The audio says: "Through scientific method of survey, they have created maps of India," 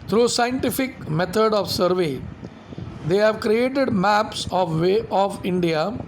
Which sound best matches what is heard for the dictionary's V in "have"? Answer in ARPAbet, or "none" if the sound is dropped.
V